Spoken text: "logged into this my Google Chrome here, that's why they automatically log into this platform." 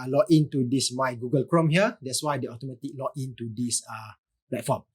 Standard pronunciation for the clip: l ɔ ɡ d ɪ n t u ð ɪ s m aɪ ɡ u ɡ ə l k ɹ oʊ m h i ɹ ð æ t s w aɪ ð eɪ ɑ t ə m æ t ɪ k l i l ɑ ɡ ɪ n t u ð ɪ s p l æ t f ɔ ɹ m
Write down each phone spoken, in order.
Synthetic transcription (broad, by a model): l ɔ ɪ n t u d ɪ s m aɪ ɡ u ɡ ə l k ɹ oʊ m h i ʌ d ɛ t s w aɪ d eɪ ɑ t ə m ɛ t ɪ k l l ɑ ɪ n t u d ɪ s p l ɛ t f ɔ m